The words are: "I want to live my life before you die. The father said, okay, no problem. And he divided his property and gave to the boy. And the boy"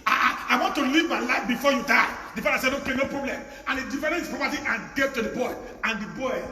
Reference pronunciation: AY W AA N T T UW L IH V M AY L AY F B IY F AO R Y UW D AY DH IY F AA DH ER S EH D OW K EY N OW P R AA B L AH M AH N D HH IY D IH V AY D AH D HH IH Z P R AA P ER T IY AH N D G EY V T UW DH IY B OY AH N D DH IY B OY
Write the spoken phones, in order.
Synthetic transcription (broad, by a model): AY W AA N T T UW L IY V M AY L AY F B IY F AO Y UW D AY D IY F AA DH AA S EH D OW K EY N OW P R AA B L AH M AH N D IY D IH F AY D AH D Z P R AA P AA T IY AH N G EY V T UW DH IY B OY AH N D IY B OY